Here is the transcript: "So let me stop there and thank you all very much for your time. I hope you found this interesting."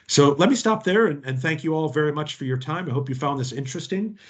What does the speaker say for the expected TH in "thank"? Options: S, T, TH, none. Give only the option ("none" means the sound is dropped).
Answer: TH